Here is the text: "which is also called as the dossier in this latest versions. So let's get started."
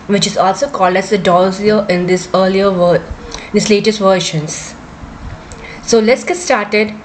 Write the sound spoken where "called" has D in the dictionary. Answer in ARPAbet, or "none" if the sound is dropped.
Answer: D